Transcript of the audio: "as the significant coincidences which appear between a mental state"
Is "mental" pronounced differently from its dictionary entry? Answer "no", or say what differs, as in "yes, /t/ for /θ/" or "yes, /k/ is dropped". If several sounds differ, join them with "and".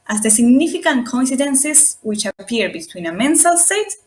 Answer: yes, /s/ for /t/